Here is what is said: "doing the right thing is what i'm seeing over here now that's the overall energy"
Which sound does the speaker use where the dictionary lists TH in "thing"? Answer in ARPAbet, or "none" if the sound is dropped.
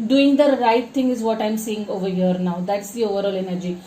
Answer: T